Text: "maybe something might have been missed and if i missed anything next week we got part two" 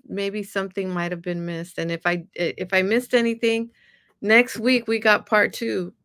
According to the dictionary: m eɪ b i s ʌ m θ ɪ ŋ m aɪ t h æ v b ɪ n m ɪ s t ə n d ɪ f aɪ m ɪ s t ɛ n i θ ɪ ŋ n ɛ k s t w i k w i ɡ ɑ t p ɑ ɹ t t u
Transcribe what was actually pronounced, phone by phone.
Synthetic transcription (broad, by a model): m eɪ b i s ʌ m θ ɪ ŋ m aɪ t h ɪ v b ɪ n m ɪ s t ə n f ɪ f aɪ m ɪ s t ɛ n i θ ɪ ŋ n ɛ k s t w i k w i ɡ ɑ t p ɑ ɹ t t u